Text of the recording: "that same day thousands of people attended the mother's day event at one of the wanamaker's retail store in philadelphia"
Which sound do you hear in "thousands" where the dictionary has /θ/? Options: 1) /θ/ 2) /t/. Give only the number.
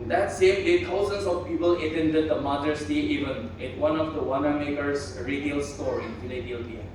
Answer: 2